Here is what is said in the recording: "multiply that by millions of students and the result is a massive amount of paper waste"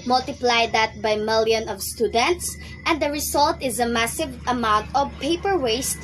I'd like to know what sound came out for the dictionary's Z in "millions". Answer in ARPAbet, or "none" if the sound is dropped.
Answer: none